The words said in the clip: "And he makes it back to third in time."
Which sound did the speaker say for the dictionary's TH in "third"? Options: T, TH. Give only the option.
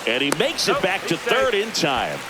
TH